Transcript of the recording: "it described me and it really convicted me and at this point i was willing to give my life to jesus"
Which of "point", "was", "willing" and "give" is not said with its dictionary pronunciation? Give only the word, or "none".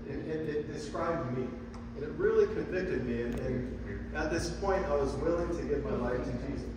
none